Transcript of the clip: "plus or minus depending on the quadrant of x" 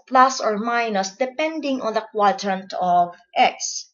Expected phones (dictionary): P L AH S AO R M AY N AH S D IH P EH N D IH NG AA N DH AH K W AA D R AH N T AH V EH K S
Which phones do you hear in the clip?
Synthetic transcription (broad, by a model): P L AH S AO R M AY N AH S D IH P EH N D IH NG AA N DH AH K W AA D R AH N T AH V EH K S